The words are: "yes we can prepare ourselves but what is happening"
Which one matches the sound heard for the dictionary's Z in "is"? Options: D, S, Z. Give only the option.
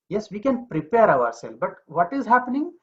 Z